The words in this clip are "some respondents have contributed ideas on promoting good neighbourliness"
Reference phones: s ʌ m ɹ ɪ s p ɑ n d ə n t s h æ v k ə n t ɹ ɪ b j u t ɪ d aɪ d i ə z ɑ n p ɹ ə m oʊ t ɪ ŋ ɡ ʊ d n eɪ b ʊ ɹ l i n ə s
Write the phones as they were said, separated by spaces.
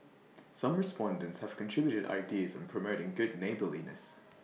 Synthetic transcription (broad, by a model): s ʌ m ɹ ɪ s p ɑ n d ə n t s h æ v k ə n t ɹ ɪ b j u t ɪ d aɪ d i ə z n p ɹ ə m oʊ t ɪ ŋ ɡ ʊ d n eɪ b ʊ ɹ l i n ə s